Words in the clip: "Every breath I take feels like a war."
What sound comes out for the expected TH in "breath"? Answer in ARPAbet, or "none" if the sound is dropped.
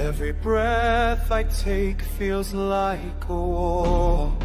TH